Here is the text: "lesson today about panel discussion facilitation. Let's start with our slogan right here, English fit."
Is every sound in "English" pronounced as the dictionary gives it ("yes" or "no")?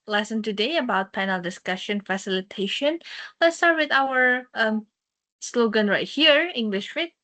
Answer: yes